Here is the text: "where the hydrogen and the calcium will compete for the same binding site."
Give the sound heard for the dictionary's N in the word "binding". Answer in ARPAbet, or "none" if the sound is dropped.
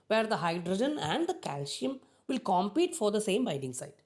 none